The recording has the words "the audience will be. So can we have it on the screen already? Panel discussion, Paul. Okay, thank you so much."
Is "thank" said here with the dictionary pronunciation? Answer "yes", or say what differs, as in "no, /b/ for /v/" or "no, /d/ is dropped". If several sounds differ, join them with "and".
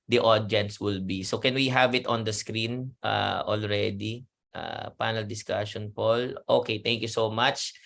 no, /t/ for /θ/